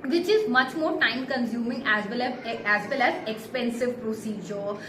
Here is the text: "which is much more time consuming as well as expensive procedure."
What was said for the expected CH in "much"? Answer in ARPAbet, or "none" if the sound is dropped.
CH